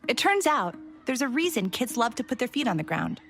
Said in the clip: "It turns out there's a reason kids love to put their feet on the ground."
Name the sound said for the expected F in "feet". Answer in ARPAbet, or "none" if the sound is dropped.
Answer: F